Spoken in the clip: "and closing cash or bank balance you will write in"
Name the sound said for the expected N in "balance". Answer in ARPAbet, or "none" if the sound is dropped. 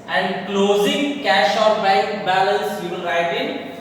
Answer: L